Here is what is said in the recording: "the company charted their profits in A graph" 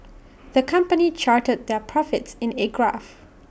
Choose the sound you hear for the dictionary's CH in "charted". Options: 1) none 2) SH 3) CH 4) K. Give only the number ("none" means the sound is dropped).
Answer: 3